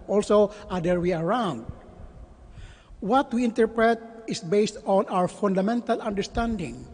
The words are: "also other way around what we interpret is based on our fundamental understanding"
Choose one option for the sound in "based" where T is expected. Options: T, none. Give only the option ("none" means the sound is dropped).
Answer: T